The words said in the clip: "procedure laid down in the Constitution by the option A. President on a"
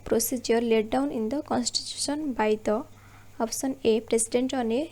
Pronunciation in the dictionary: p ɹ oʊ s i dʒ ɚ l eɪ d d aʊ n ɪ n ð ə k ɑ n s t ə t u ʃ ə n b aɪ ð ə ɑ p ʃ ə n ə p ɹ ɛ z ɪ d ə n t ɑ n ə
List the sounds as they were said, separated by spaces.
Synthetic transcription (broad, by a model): p ɹ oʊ s i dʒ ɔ l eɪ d d aʊ n ɪ n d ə k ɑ n s t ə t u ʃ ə n b aɪ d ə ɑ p s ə n ə p ɹ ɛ s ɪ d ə n t ɑ n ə